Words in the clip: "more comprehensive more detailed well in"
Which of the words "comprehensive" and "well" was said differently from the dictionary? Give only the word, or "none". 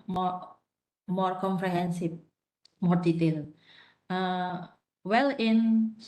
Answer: comprehensive